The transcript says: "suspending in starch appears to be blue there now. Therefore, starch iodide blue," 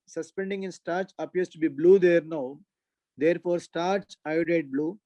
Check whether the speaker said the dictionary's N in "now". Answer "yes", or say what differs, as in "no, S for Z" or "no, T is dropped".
yes